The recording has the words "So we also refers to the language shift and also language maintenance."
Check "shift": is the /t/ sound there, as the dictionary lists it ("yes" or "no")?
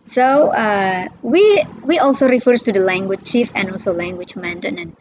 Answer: no